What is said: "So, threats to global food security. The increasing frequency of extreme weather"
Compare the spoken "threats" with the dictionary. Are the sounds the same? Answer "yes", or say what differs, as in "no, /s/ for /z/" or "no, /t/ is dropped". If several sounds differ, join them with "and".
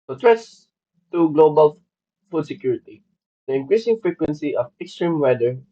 no, /t/ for /θ/